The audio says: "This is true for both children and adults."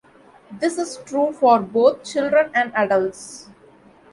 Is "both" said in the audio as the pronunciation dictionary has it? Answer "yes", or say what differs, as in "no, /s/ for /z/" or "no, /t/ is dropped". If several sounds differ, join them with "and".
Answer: no, /t/ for /θ/